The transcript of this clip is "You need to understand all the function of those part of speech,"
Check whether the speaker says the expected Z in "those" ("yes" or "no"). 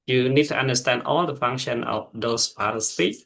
no